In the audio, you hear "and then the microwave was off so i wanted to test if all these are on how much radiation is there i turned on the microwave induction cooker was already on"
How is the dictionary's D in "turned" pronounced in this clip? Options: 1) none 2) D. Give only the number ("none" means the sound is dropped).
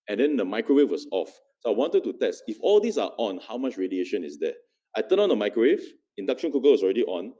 1